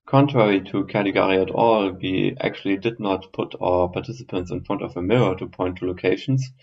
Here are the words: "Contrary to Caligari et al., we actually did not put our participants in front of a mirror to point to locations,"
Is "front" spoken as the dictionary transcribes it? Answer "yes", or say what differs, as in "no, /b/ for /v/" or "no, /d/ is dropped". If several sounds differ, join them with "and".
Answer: yes